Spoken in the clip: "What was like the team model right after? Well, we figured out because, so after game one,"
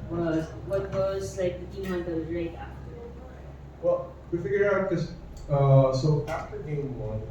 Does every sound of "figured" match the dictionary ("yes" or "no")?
no